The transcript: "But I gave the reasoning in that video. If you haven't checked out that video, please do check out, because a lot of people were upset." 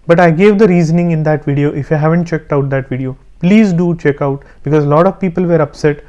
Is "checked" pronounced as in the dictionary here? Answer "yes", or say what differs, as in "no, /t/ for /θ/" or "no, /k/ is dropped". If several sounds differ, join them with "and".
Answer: yes